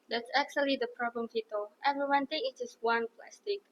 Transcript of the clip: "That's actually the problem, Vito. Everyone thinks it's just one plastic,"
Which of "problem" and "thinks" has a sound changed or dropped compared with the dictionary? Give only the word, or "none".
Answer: thinks